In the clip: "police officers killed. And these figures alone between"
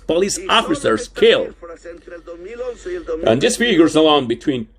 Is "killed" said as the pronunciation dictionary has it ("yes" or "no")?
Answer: no